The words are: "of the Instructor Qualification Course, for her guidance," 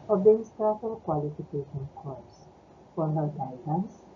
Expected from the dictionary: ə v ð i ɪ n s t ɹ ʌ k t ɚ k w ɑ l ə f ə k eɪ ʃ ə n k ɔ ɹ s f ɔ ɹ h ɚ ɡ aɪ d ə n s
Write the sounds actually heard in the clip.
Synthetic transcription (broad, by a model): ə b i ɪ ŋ s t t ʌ t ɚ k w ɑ l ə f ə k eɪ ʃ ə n k ɔ ɹ s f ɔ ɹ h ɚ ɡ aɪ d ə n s